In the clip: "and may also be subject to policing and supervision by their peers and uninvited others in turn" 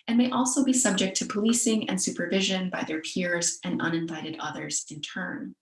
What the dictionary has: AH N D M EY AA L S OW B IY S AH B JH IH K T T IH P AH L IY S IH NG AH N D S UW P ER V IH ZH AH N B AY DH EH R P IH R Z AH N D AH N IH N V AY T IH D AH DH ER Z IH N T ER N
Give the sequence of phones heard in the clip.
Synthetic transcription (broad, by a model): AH N M EY AA L S OW B IY S AH B JH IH K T T IH P AH L IY S IH NG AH N S UW P ER V IH ZH AH N B AY DH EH R P IH R Z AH N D AH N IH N V AY T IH D AH DH ER Z IH N T ER N